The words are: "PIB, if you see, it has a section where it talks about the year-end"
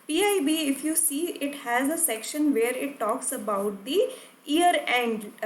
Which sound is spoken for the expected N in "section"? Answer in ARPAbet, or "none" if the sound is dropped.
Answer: N